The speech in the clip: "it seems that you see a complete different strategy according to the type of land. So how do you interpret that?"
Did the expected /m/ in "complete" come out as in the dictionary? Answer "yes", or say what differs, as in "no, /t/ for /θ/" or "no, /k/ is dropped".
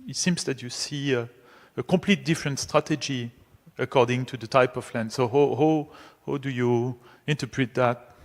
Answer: yes